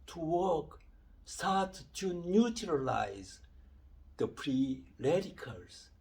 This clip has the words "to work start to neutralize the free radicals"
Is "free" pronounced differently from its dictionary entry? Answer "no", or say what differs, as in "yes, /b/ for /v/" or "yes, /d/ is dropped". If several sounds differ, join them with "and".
yes, /p/ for /f/